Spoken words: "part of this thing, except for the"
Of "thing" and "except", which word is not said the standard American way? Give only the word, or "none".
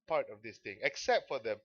thing